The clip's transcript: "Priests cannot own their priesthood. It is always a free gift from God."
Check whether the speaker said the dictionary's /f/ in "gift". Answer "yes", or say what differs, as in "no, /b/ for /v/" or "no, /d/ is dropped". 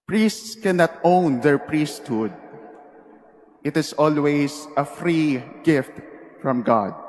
yes